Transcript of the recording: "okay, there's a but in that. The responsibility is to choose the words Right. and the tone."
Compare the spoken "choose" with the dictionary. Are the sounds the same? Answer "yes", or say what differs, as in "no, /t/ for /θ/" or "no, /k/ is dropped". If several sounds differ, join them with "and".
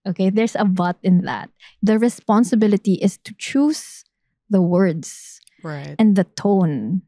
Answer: no, /s/ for /z/